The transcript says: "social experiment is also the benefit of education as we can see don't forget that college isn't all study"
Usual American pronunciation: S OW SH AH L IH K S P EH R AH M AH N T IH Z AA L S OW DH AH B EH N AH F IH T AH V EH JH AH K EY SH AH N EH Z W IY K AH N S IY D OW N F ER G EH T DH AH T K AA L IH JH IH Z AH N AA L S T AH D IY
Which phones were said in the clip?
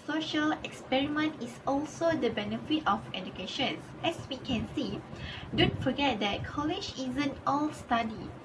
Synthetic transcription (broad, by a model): S OW SH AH L IH K S P EH R AH M AH N T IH S AA L S OW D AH B EH N AH F IH T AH F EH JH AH K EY SH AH N EH S W IY K AH N S IY D OW N F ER G EH T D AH T K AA L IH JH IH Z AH N AA L S T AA D IY